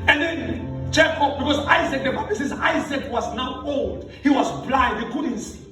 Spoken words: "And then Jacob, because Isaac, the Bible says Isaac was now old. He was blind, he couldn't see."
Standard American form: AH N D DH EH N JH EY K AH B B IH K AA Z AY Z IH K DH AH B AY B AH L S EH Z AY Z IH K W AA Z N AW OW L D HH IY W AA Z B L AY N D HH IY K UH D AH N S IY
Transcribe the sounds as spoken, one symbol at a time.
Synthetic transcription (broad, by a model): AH N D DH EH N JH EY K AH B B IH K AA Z AY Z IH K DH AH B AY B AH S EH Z AY Z IH K W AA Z N AW OW L D HH IY W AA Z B L AY D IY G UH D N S